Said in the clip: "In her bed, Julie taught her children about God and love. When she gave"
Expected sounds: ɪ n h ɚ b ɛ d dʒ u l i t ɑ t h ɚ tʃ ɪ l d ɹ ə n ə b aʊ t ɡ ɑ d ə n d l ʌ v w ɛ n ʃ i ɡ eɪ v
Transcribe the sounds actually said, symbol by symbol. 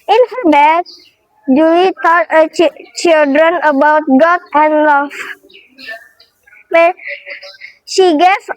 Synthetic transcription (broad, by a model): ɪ n h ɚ b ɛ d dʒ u w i t ɑ t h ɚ tʃ ɪ l d ɹ ə n ə b aʊ t ɡ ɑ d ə n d l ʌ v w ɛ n ʃ i ɡ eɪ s